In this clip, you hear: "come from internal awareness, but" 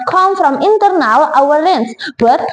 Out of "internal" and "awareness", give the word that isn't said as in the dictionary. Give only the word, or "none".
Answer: awareness